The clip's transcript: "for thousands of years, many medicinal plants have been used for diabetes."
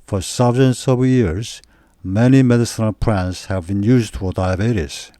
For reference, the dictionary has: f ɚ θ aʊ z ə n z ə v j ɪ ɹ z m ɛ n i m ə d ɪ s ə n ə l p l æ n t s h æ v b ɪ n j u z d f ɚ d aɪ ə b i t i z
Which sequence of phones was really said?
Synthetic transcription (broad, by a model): f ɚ s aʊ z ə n s ə v j ɪ ɹ z m ɛ n i m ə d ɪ s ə n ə l p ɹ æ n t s h æ v b ɪ n j u z d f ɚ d aɪ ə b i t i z